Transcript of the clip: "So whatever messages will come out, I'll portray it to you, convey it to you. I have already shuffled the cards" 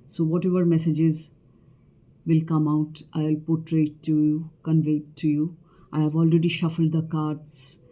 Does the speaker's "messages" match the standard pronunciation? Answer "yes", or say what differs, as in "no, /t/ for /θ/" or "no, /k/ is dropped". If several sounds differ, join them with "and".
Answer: yes